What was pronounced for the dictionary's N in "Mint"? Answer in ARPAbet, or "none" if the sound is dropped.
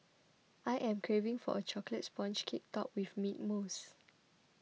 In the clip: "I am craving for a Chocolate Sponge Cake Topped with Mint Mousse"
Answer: none